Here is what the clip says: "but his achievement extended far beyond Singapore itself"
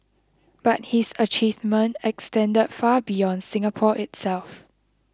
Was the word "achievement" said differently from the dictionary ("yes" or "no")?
yes